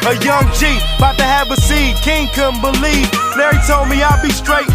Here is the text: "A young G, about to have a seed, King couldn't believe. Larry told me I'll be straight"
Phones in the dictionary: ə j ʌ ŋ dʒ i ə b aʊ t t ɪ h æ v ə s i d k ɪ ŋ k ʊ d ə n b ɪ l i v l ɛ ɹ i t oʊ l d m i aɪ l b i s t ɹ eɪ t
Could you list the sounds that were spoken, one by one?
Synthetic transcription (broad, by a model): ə j ʌ ŋ tʃ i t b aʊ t t ɪ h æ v ə s i d k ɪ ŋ k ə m b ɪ l i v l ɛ ɹ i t oʊ l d m i aɪ l b i s t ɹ eɪ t